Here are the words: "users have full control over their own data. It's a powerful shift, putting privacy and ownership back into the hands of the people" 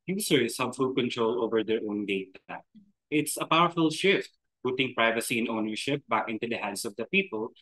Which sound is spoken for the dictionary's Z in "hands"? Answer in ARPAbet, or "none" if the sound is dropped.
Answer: S